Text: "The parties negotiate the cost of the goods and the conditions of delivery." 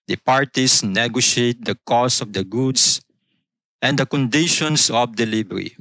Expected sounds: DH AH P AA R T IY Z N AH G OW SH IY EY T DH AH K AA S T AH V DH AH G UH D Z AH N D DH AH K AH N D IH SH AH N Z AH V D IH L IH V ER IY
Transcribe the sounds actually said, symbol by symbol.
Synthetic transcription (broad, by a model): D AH P AA R T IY S N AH G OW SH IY EY T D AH K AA S AH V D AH G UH D S AH N D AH K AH N D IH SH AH N S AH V D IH L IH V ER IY